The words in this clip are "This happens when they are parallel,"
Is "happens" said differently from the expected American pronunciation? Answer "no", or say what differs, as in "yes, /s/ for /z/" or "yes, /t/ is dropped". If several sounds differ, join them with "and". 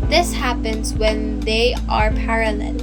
no